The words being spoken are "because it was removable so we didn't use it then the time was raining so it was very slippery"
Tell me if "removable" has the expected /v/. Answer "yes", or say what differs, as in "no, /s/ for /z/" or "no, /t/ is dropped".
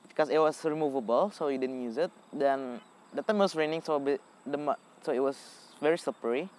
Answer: yes